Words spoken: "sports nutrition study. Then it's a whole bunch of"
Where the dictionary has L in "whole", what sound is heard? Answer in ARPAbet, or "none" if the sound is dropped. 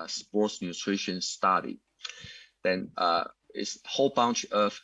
L